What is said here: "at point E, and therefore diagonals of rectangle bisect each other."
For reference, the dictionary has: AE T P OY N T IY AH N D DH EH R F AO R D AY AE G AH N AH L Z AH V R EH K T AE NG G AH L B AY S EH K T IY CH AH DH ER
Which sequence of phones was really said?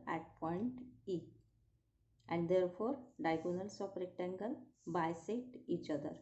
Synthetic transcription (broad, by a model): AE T P OY N T IY AH N D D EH R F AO R D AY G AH N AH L S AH P R EH K T AE NG G AH L B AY S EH T IY CH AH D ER